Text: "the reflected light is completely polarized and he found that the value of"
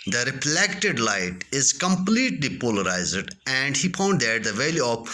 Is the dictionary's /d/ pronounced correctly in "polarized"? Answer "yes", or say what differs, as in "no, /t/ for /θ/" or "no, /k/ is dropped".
yes